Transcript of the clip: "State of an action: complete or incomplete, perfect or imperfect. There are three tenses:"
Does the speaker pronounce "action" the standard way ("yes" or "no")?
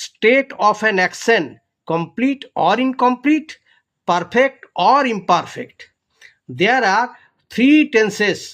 no